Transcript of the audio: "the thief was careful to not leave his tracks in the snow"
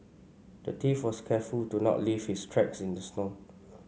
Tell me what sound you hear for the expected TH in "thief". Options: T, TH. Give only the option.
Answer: T